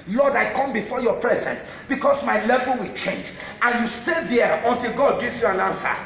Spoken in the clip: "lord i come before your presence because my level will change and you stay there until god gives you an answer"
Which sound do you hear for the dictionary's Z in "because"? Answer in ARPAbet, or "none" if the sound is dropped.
S